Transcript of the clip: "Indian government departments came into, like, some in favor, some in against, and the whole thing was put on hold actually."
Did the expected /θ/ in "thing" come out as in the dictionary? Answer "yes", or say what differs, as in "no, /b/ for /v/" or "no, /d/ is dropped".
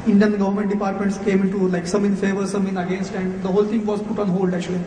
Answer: no, /t/ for /θ/